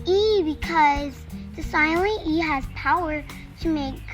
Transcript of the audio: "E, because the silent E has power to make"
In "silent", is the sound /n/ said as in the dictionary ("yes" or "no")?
no